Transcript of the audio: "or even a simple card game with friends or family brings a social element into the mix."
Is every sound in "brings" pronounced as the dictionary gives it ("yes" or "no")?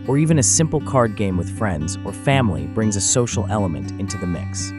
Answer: yes